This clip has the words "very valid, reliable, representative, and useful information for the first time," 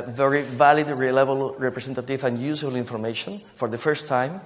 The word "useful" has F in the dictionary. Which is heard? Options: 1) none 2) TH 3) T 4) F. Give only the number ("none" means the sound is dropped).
1